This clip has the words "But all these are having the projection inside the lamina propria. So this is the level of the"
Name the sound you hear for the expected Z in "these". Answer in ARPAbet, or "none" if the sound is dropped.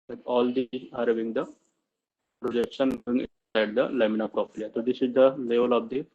none